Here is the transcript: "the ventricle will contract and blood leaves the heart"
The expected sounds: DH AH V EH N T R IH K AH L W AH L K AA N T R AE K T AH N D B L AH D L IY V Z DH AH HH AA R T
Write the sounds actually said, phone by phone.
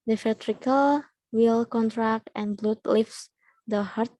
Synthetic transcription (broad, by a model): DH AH F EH T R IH K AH L W AH L K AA N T R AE K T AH N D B L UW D L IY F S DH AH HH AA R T